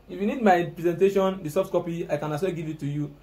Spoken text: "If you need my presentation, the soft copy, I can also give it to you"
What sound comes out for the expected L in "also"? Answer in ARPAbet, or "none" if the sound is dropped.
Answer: none